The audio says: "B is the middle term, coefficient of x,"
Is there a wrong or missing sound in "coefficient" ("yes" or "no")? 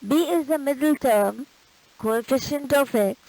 no